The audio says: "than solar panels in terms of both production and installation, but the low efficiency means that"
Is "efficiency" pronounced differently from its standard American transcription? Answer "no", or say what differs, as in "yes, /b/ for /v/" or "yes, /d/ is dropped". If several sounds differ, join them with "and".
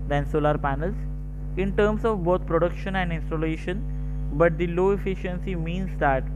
no